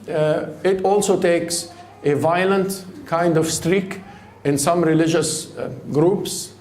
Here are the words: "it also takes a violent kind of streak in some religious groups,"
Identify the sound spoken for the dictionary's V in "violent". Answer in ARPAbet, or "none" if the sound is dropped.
V